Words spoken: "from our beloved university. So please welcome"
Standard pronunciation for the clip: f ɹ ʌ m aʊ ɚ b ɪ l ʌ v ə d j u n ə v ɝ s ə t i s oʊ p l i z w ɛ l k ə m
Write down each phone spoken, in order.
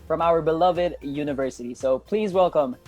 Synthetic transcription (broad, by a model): f ɹ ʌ m aʊ ɚ b ɪ l ʌ v ə d j u n ə v ɝ s ə t i s oʊ p l i z w ɛ l k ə m